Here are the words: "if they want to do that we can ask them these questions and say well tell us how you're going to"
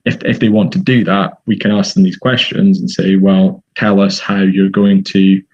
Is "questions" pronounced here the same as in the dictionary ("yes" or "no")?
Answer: yes